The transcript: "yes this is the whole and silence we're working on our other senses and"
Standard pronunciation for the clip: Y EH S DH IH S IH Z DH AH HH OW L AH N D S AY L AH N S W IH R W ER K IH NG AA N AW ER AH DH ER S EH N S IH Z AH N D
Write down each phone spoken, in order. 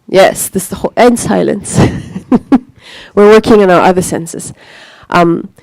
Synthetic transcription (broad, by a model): Y EH S DH IH S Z DH AH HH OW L AH N D S AY L AH N S W IH R W ER K IH NG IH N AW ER AH DH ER S EH N S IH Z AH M